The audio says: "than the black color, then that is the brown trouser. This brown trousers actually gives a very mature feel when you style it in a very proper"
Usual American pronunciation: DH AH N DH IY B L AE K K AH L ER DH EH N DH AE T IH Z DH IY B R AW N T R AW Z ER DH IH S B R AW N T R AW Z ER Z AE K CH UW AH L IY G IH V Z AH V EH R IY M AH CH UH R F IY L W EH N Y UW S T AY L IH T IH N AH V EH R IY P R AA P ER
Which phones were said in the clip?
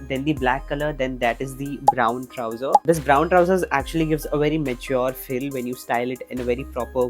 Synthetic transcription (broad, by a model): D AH N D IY B L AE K K AH L ER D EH N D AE T IH Z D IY B R AW N T R AW Z ER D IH S B R AW N T R AW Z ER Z AE K CH UW AH L IY G IH V Z AH V EH R IY M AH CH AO R F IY L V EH N Y UW S T AY L IH T IH N AH V EH R IY P R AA P ER